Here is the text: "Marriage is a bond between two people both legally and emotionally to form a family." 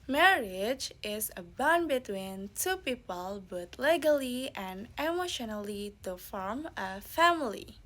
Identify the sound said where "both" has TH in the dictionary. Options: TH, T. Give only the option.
T